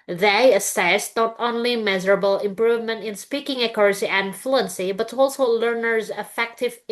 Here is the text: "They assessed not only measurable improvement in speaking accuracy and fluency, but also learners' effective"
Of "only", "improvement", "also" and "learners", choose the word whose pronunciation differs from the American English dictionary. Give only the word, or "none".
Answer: none